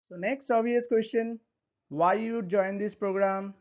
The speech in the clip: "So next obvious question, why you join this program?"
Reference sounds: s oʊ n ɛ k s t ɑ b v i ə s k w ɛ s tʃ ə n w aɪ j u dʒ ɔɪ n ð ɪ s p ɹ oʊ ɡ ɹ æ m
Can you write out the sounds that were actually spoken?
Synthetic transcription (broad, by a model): s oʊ n ɛ k s t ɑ v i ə s k w ɛ s tʃ ə n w aɪ j u dʒ ɔɪ n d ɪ s p ɹ oʊ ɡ ɹ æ m